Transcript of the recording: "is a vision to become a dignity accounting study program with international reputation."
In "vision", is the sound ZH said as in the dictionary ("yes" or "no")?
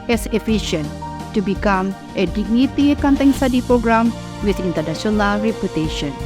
no